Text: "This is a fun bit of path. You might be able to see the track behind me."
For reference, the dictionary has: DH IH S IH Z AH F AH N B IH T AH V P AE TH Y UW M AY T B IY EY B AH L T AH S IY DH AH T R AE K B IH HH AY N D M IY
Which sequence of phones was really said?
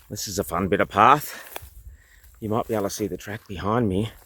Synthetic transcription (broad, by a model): DH IH S IH Z AH F AH N B IH T AH V P AE TH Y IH M AY T B IY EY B L T AH S IY DH AH T R AE K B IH HH AY N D M IY